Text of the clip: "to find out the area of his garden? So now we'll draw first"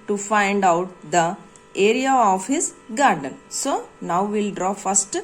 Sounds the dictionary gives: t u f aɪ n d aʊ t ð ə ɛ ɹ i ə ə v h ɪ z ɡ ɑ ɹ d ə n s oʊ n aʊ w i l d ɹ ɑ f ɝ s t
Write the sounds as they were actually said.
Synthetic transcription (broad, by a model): t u f aɪ n d aʊ t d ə ɛ ɹ i ə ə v h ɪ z ɡ ɑ ɹ d ə n s oʊ n aʊ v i l d ɹ ɑ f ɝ s t